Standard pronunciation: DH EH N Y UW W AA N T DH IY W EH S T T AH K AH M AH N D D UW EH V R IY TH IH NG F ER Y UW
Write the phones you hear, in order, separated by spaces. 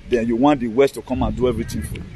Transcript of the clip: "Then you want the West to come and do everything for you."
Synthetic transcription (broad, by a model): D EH N Y UW W AA N T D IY W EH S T T AH K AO M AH N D D UW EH V R IY T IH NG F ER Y